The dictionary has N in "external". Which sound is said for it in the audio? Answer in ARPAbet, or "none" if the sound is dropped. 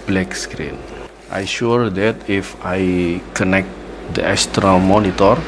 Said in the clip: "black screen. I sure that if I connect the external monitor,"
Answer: none